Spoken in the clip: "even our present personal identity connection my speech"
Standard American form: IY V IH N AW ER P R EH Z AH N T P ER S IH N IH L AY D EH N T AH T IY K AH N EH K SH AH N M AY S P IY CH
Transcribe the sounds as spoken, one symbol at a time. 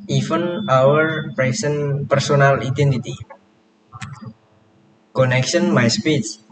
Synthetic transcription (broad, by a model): IY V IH N AW ER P R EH S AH N P ER S IH N IH L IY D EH N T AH T IY K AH N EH K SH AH N M AY S P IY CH